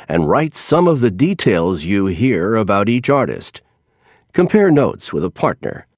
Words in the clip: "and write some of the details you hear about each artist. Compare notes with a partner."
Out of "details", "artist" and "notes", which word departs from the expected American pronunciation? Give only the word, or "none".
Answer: none